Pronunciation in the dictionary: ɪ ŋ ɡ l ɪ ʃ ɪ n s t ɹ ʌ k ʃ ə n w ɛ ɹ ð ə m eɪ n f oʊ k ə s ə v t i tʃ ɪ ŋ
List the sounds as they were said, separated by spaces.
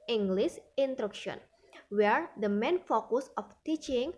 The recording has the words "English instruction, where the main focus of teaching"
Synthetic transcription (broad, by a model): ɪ ŋ ɡ l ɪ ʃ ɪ n t ɹ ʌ k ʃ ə n w ɛ ɹ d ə m eɪ n f oʊ k ə s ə f t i tʃ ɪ ŋ